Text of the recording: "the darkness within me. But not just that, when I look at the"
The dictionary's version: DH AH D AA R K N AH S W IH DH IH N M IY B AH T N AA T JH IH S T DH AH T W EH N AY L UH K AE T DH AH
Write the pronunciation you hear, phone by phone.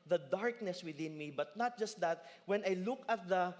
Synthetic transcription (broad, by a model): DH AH D AA R K N AH S W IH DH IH N M IY B AH T N AA T JH IH S T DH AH T W EH N AY L UH K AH T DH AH